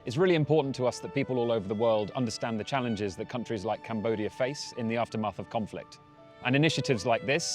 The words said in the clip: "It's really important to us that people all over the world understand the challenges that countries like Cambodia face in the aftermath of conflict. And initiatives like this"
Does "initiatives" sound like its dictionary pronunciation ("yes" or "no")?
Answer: yes